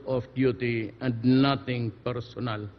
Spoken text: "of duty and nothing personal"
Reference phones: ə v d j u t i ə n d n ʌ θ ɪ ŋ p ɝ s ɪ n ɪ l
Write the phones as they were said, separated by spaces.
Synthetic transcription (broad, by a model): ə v d j u t i ə n d n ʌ t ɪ ŋ p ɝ s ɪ n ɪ l